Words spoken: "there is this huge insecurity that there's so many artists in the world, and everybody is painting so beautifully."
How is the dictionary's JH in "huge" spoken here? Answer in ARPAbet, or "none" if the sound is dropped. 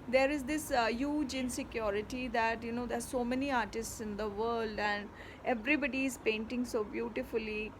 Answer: JH